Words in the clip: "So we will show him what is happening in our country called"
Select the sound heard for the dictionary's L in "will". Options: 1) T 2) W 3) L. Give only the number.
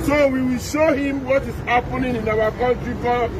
3